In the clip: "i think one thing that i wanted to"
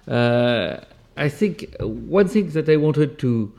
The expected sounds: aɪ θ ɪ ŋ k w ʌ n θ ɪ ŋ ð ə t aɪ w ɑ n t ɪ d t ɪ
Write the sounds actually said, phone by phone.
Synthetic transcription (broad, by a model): aɪ θ ɪ ŋ k w ʌ n θ ɪ ŋ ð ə t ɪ w ɑ n t ɪ d t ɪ